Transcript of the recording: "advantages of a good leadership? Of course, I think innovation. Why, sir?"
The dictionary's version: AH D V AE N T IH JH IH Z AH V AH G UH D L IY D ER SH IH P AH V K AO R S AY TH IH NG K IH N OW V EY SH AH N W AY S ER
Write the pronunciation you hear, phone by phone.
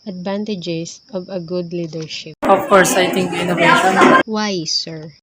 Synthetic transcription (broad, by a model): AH D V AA N T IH JH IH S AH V AH G UH D L IY D ER SH IH P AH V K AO R S AY T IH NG IH N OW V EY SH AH N W AY S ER